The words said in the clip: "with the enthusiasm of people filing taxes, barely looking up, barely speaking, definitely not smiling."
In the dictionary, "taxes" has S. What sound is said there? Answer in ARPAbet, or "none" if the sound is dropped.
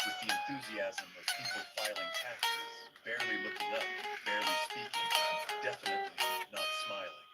none